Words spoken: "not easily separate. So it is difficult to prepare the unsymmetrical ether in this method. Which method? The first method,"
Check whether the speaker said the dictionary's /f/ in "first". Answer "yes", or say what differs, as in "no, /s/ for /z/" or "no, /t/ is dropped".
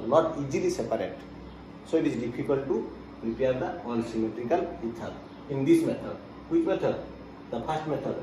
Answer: no, /p/ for /f/